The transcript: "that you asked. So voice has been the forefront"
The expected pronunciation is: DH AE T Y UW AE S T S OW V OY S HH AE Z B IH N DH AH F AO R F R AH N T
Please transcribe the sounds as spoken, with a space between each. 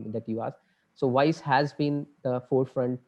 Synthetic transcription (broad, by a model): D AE T Y UW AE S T S OW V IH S HH AE Z B IH N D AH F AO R F R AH N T